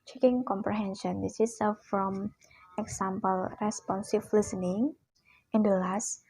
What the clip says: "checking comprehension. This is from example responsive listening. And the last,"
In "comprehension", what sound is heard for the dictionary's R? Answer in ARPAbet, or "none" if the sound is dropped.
R